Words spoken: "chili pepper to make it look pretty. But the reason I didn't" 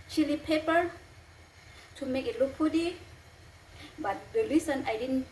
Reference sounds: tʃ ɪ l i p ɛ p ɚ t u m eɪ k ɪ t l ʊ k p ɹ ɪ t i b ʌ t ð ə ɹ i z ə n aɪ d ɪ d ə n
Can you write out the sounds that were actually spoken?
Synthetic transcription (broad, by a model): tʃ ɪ l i p ɛ p ɚ t u m eɪ k ɪ t l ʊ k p u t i b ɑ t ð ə l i s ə n aɪ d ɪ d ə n